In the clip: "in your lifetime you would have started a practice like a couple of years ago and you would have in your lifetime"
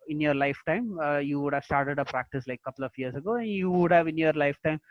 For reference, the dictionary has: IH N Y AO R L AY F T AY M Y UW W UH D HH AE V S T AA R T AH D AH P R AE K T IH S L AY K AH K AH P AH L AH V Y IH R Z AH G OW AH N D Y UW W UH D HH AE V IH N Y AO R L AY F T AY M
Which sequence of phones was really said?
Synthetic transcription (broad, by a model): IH N Y AO R L AY F T AY M Y UW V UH D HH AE V S T AA R T AH D AH P R AE K T IH S L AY AH K AH P AH L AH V Y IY R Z AH G OW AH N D Y UW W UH D HH AE V IH N Y AO R L AY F T AY M